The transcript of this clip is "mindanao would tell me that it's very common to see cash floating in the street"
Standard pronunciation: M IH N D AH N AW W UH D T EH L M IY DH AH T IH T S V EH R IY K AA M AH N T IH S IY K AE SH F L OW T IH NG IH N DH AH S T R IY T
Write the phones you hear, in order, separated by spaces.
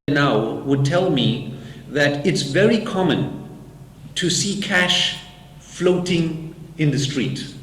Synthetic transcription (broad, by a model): N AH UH W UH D T EH L M IY DH AH T IH T S V EH R IY K AA M AH N T IH S IY K AE SH F L OW T IH NG IH N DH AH S T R IY T